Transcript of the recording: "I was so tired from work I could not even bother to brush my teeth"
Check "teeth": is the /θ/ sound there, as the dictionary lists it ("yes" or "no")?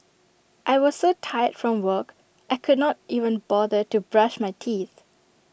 yes